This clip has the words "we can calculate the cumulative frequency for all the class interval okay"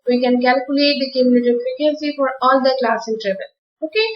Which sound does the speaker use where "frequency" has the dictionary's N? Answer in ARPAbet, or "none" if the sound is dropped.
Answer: none